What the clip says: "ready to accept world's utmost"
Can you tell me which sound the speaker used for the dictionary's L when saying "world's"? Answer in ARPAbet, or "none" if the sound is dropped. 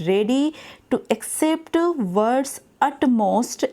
none